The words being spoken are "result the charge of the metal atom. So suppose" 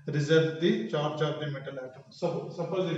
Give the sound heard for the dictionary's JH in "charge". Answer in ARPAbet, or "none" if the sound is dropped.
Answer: CH